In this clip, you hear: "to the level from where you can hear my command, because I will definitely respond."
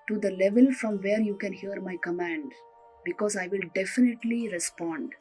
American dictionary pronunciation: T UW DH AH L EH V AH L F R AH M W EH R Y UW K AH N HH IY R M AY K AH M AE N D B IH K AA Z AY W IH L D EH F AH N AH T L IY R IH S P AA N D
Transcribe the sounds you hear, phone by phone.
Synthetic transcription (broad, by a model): T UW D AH L EH V AH L F R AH M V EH R Y UW K AH N HH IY R M AY K AH M AE N D B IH K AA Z AY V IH L D EH F AH N AH T L IY R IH S P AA N D